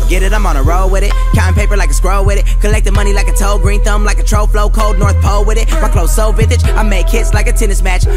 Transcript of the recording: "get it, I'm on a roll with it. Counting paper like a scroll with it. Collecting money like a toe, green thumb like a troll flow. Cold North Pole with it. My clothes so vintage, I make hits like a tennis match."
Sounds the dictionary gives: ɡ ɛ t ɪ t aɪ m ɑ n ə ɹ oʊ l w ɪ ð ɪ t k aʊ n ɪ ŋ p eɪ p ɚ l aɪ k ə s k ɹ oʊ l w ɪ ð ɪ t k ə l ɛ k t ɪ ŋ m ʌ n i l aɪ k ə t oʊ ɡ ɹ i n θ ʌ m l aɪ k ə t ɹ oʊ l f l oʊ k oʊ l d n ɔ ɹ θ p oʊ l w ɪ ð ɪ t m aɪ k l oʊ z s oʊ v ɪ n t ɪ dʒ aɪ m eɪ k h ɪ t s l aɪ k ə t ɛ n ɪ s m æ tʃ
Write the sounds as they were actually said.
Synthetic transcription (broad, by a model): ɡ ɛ t ɪ t aɪ m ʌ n ə ɹ oʊ l w ɪ ð ɪ t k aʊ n p eɪ p ɚ l aɪ k ə s k ɹ oʊ l w ɪ ð ɪ t k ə l ɛ k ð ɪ m ʌ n i l aɪ k ə t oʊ ɡ ɹ i n θ ʌ m l aɪ k ə t ɹ oʊ l f l oʊ k oʊ l d n ɔ ɹ θ p oʊ l w ɪ ð ɪ t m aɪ k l oʊ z s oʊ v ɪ t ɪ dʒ aɪ m eɪ k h ɪ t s l aɪ k ə t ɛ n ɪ s m æ tʃ